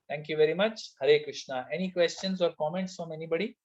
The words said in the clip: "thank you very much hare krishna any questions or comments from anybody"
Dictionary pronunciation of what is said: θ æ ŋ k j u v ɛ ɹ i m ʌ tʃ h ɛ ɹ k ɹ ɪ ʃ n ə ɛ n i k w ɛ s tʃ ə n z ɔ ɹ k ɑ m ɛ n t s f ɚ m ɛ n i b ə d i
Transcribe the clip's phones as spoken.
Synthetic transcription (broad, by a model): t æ ŋ k j u v ɛ ɹ i m ʌ tʃ h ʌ ɹ k ɹ ɪ ʃ n ə ɛ n i k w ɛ s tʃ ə n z ɔ ɹ k ɑ m ɛ n t s f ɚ m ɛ n i b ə d i